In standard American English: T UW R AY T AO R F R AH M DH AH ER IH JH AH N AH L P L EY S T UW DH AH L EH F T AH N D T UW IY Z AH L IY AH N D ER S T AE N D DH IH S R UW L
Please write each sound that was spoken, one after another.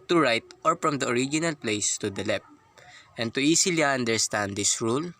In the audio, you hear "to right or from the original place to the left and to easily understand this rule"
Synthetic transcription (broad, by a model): T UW R AY T AO R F R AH M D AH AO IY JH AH N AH L P L EY S T UW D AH L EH P T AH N T UW IY S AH L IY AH N D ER S T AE N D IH S R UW L